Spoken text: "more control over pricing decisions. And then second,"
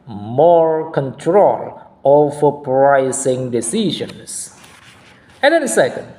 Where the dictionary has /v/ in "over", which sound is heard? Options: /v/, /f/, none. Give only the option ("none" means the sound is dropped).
/f/